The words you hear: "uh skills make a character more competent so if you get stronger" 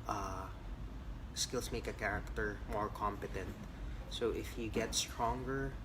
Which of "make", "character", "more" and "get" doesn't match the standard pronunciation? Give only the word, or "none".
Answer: none